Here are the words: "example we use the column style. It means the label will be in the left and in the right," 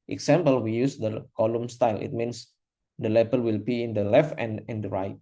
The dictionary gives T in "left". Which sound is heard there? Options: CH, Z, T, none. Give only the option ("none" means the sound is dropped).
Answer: T